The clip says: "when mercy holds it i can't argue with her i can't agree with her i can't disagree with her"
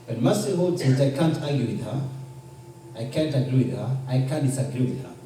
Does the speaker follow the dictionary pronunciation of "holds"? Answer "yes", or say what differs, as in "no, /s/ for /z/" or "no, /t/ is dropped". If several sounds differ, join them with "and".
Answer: no, /l/ is dropped